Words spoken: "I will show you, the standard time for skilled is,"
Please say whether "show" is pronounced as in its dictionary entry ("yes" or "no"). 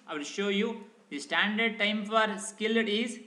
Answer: yes